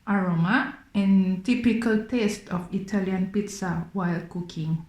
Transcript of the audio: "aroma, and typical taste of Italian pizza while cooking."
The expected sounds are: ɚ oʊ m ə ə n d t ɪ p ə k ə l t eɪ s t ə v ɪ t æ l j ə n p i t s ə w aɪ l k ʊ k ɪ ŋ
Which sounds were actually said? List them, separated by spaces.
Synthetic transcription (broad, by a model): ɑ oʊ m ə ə n t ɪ p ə k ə l t eɪ s t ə f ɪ t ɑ l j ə n p i t s ə w aɪ l k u k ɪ ŋ